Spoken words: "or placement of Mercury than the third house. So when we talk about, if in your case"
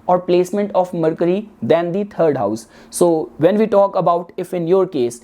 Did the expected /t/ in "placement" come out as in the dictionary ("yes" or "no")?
yes